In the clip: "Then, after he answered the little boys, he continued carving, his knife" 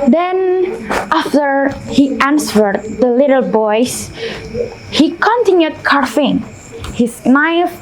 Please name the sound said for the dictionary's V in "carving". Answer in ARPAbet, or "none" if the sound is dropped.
F